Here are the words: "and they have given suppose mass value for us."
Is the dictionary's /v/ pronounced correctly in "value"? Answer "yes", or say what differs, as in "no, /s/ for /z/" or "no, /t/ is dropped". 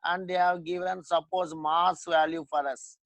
yes